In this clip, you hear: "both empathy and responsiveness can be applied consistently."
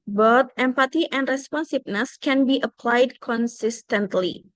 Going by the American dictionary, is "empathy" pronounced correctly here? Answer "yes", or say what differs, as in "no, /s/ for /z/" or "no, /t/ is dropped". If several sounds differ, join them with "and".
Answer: no, /t/ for /θ/